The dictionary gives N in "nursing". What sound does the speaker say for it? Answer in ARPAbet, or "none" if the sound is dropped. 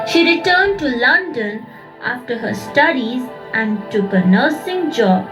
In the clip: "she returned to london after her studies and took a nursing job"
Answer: N